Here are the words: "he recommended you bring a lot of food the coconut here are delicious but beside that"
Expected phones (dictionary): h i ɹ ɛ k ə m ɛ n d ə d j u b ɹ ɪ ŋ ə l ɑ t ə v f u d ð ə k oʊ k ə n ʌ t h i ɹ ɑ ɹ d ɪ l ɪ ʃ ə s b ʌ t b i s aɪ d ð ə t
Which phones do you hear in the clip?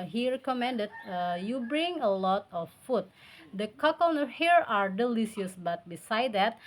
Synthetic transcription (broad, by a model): h i ɹ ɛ k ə m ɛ n d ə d j u b ɹ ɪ ŋ ə l ɑ t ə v f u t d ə k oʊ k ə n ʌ h i ɹ ɑ ɹ d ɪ l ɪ s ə s b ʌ t b i s aɪ d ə t